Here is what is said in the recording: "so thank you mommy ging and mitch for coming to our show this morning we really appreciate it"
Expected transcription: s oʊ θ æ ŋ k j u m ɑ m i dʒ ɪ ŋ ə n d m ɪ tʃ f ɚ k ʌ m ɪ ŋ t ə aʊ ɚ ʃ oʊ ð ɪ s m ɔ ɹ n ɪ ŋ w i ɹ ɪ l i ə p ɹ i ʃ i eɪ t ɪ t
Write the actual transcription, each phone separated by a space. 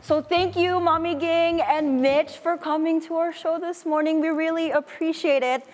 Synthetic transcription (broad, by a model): s oʊ θ æ ŋ k j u m ɑ m i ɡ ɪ ŋ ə n m ɪ tʃ f ɚ k ʌ m ɪ ŋ t ə aʊ ɚ ʃ oʊ ð ɪ s m ɔ ɹ n ɪ ŋ w i ɹ ɪ l i ə p ɹ i ʃ i eɪ t ɪ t